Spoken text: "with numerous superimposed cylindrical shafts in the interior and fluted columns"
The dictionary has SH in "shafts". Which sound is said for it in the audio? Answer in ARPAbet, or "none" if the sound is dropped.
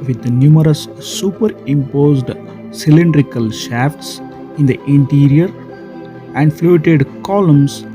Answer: SH